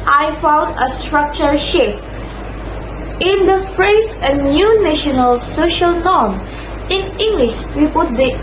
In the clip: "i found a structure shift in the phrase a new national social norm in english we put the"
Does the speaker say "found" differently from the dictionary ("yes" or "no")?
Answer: no